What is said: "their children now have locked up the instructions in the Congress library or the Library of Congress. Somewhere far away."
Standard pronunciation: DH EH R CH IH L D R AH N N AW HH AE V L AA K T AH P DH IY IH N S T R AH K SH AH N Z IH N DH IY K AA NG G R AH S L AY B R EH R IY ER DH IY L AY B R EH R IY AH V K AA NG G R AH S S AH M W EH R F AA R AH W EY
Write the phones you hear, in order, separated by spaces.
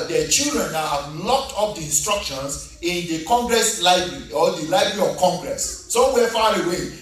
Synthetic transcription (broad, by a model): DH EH CH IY L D R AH N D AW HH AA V L AA K T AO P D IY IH N S T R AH K SH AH N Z IH N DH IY K AA NG G R AH S L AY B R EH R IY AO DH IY L AY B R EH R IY AH V K AA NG G R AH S S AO W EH F AA R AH W EY